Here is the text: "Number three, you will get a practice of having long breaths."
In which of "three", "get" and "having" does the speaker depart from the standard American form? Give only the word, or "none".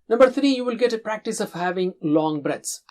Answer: three